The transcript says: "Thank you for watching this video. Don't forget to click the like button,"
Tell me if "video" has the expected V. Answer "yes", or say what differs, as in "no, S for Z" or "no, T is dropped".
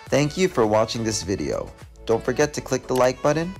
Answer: yes